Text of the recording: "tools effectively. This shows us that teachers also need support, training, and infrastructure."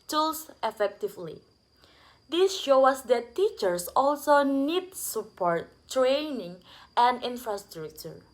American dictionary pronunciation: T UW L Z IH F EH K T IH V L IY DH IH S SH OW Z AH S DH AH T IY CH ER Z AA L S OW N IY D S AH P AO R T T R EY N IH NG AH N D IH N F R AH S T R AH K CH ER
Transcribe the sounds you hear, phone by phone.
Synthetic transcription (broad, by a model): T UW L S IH F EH K T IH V L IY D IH S SH OW AH S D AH T IY CH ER S AA L S OW N IY D S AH P AO R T T R EY N IH NG AH N D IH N F R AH S T R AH K CH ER